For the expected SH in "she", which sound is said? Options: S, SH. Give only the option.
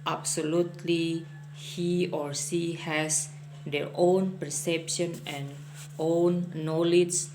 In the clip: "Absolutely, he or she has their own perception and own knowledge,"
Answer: S